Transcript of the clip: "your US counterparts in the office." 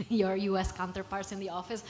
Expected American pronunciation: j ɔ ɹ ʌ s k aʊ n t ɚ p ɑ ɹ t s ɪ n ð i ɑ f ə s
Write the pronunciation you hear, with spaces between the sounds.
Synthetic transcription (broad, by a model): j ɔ ɹ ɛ s k aʊ n t ɚ p ɑ ɹ t s ɪ n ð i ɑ f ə s